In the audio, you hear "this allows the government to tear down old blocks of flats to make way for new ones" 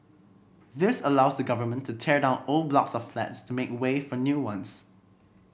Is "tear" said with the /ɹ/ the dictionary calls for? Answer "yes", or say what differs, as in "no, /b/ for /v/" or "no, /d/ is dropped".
yes